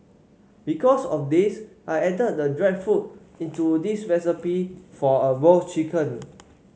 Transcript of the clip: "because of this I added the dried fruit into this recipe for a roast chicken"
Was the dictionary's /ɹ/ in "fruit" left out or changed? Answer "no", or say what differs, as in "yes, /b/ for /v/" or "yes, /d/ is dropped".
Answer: yes, /ɹ/ is dropped